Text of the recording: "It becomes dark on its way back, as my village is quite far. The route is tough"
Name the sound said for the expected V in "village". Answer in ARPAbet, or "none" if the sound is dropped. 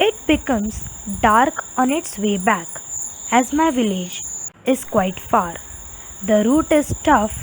V